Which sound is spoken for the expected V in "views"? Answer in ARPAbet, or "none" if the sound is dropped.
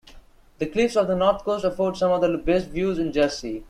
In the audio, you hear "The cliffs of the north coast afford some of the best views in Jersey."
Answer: V